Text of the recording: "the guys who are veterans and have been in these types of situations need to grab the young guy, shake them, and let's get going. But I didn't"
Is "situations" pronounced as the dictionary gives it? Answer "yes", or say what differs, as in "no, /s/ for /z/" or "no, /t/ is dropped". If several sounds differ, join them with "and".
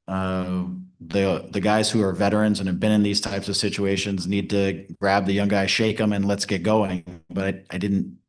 yes